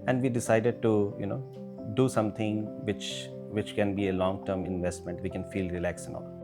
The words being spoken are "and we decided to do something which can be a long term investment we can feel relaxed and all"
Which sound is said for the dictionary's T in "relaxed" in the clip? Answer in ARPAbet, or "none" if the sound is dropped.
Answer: none